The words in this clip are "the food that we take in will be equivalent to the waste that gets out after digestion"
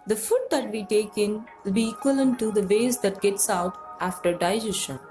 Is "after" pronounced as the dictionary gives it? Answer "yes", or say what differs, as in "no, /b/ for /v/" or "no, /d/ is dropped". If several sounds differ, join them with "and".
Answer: yes